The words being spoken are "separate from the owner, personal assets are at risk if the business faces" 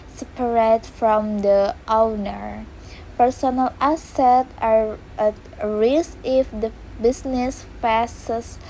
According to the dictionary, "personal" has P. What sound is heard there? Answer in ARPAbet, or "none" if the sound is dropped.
P